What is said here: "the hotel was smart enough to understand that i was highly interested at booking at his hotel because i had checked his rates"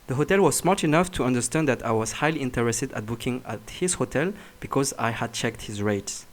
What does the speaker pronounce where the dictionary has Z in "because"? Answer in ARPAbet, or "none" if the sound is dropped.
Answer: Z